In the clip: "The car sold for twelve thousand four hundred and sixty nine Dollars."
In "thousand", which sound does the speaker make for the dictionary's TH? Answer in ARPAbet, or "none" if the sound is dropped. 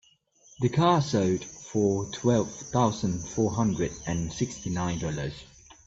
TH